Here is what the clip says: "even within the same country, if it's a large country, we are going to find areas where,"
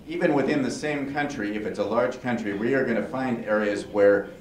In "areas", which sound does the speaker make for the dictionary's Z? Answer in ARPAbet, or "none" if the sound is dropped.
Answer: Z